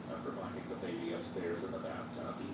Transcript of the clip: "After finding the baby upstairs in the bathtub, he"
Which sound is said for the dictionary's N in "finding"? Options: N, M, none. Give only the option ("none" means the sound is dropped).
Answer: none